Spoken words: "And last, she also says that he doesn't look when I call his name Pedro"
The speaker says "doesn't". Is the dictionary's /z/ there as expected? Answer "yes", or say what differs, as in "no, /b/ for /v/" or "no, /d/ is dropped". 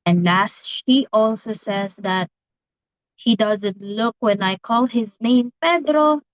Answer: yes